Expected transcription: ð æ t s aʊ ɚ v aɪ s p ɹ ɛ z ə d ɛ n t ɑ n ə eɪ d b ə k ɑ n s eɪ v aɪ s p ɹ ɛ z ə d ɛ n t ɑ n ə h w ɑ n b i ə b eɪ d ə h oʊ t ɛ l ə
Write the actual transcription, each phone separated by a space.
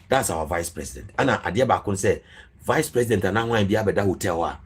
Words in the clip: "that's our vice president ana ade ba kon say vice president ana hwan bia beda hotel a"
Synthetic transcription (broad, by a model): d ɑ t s aʊ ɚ v aɪ s p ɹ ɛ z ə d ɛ n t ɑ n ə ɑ d b ə k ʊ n s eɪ v aɪ s p ɹ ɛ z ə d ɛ n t ɑ n ə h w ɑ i b i ə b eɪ d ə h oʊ t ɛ w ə